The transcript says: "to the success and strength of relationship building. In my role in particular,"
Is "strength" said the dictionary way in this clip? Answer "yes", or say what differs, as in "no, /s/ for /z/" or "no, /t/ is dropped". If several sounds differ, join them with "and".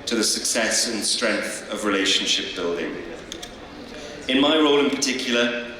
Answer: yes